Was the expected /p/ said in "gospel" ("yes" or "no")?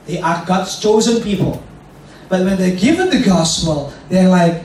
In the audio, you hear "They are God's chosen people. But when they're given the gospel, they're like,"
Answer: yes